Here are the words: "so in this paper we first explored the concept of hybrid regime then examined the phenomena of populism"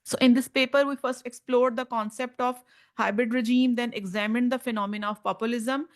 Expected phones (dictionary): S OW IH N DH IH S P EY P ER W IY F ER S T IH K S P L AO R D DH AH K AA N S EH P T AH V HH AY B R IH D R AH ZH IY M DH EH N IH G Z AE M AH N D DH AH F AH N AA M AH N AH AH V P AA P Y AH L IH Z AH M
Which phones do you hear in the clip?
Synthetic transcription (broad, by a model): S OW IH N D IH S P EY P ER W IY F ER S T IH K S P L AO R D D AH K AA N S EH P T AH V HH AY B R IH D R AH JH IY M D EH N IH G Z AE M AH N D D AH F AH N AA M AH N AH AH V P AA P Y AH L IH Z AH M